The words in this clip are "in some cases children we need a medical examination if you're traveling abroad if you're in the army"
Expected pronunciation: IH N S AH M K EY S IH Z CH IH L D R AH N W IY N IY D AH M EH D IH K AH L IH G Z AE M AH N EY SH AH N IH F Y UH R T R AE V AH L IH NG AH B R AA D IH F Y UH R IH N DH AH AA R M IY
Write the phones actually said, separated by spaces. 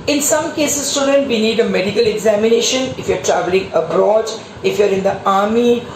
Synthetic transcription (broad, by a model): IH N S AH M K EY S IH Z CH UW D AH N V IY N IY D AH M EH D IH K AH L IH G Z AE M AH N EY SH AH N IH F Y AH R T R AE V AH L IH NG AH B R AA D IH F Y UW R IH N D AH AA R M IY